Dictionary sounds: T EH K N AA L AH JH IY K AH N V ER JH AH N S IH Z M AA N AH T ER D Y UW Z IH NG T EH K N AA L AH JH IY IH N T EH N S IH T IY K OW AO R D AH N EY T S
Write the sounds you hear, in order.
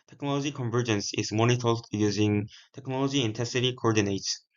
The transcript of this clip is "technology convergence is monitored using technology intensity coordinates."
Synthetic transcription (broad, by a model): T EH K N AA L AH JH IY K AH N V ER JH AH N S IH Z M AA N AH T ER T Y UW Z IH NG T EH K N AA L AH JH IY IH N T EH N S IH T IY K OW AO R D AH N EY T S